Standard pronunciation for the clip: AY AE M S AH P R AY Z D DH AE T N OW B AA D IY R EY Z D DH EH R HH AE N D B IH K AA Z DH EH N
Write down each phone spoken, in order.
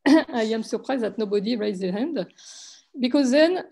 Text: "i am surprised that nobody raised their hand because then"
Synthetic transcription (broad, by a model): AY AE M S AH P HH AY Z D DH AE T N OW B AA D IY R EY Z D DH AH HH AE N D B IH K AA Z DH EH N